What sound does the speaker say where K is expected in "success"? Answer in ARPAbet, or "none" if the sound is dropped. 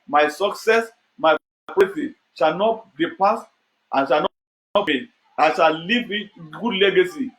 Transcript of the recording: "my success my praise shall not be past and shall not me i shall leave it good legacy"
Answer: K